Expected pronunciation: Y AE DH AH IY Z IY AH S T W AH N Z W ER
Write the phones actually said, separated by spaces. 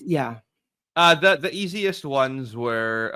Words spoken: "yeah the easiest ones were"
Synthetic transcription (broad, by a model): Y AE DH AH IY Z IY AH S T W AH N Z W ER